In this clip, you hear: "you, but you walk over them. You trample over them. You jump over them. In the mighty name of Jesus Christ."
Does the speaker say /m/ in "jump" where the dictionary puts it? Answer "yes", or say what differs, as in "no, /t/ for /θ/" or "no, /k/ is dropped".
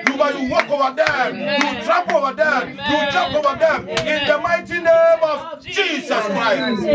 no, /m/ is dropped